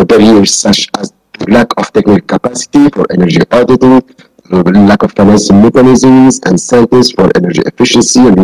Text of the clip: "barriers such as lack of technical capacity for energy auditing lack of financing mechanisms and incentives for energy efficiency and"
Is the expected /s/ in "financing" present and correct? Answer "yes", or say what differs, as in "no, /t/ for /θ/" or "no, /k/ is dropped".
no, /ʃ/ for /s/